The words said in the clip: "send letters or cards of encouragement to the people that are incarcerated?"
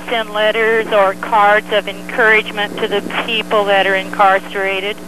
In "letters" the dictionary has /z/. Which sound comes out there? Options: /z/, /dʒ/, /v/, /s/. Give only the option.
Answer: /z/